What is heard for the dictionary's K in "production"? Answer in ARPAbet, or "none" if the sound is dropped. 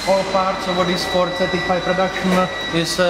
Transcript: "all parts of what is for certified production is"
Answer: none